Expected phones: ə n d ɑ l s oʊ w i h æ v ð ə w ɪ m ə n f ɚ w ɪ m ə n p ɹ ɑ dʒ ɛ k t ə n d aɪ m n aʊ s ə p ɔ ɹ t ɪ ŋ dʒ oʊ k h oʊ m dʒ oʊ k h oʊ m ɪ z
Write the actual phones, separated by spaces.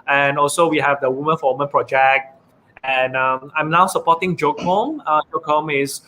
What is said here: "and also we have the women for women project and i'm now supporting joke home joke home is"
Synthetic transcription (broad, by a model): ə n ɑ l s oʊ w i h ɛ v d ə w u m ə n f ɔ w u m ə n p ɹ ɑ dʒ ɛ k t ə n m aɪ m n aʊ s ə p ɔ t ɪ ŋ dʒ oʊ k h oʊ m dʒ oʊ k h oʊ m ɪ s